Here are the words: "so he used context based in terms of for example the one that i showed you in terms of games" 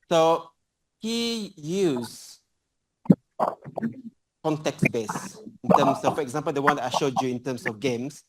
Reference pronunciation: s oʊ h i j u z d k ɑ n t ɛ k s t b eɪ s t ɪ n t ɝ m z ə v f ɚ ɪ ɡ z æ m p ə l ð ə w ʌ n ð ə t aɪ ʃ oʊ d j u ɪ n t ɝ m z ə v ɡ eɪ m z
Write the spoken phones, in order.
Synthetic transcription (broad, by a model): s oʊ h i j u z k ɑ n t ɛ k s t b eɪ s ɪ n t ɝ m s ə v f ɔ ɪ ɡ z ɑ m p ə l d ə w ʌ n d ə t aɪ ʃ oʊ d j u ɪ n t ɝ m s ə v ɡ eɪ m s